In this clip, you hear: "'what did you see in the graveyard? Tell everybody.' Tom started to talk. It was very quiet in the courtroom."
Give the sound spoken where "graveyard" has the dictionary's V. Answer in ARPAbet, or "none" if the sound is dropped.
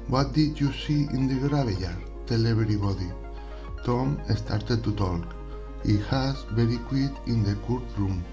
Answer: B